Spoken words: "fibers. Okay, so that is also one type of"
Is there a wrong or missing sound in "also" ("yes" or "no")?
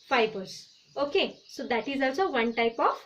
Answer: yes